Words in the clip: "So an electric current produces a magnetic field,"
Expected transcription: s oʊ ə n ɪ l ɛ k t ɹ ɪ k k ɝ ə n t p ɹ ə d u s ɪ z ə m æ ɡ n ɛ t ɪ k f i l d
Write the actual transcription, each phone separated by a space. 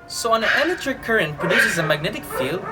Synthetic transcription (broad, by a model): s oʊ ə n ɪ n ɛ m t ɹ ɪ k k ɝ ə n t p ɹ ə d u s ɪ z ə m æ ɡ n ɛ t ɪ k f i l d